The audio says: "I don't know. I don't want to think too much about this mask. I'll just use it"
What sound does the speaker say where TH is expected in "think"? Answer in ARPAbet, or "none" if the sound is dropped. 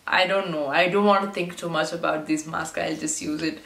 T